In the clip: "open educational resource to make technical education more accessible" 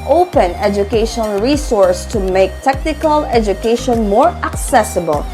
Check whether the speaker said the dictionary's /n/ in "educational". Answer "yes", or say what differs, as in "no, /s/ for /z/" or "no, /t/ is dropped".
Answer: no, /n/ is dropped